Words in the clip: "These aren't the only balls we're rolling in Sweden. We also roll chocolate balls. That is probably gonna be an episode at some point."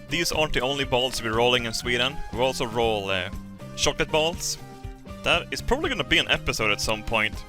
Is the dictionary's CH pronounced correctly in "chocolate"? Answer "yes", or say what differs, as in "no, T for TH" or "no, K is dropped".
no, SH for CH